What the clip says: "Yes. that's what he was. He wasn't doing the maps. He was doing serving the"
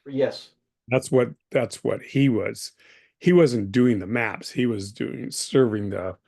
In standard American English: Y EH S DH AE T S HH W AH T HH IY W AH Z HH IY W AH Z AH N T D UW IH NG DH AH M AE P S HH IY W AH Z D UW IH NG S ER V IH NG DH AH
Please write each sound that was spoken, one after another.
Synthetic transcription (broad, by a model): Y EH S DH AE T S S W AH T HH IY W AH Z HH IY W AH Z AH N D UW IH NG DH AH M AE P S HH IY W AH Z D UW IH NG S ER V IH NG DH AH